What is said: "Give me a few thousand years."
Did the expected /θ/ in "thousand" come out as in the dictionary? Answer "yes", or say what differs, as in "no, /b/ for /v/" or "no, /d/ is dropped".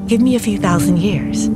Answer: yes